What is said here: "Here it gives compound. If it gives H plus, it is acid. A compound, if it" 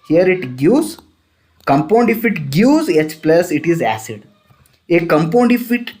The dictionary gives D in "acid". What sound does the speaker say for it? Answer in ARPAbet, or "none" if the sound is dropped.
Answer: D